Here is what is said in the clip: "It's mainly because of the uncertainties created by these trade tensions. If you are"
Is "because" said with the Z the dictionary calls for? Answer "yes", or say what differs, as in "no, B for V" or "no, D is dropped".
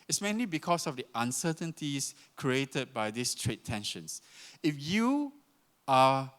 no, S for Z